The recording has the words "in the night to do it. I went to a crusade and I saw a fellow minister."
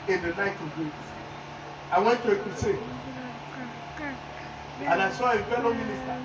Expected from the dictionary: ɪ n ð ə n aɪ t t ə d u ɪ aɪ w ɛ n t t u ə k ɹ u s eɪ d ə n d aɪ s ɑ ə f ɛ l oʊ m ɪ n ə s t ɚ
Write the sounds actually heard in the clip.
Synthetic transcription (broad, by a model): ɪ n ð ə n aɪ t t ə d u ɪ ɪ w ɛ n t t u ə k u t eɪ ə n aɪ s ɑ ə f ɛ l oʊ m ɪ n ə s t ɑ